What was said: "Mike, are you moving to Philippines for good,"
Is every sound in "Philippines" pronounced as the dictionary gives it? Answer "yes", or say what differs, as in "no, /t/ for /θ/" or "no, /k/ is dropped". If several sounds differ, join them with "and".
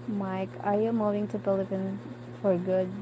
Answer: no, /p/ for /f/ and /z/ is dropped